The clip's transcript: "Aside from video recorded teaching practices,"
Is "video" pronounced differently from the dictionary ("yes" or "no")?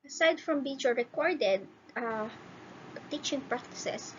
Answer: yes